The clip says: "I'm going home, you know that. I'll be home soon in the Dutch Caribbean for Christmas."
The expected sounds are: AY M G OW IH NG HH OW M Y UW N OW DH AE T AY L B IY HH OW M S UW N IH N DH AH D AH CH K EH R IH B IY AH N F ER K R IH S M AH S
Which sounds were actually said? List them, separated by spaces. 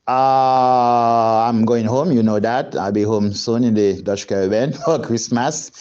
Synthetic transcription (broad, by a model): AY M G OW IH NG HH OW M Y UW N OW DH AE T AY L B IY HH OW M S UW N IH N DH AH D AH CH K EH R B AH N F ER K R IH S M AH S